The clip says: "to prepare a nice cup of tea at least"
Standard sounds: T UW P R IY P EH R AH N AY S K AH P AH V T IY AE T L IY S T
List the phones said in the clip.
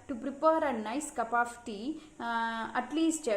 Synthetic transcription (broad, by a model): T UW P R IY P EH R AH N AY S K AH P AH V T IY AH T L IY S T